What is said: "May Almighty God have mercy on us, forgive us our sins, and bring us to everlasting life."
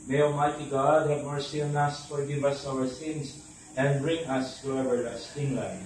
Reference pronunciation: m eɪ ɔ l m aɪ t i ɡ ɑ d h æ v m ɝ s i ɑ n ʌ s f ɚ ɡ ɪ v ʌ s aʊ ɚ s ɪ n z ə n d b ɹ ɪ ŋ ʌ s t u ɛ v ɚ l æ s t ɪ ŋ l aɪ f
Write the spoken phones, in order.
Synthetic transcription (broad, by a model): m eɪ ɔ m aɪ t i ɡ ɑ d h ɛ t m ɝ s i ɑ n ʌ s f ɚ ɡ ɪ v ʌ s aʊ ɚ s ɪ n s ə n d b ɹ ɪ ŋ ʌ s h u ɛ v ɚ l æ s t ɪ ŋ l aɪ